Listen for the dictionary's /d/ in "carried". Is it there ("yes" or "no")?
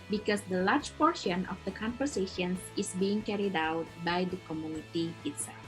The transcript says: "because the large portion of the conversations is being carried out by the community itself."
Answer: yes